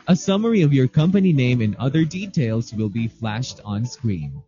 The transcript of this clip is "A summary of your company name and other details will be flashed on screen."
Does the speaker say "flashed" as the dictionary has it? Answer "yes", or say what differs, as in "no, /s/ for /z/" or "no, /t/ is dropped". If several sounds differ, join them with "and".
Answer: yes